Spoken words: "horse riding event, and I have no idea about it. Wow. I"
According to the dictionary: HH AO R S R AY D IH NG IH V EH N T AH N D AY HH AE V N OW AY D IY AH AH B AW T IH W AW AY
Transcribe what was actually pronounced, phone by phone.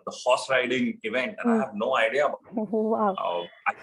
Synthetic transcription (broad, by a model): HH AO S R AY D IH NG IH V EH N T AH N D AY HH AE V N OW AY D IY AH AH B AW IH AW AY